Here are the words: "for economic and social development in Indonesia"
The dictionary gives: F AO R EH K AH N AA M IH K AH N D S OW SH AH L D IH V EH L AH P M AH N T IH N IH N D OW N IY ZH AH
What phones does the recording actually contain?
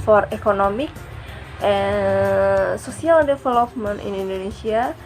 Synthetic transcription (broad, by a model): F AO R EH K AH N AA M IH K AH N S OW S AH L D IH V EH L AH P M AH N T IH N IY N D OW N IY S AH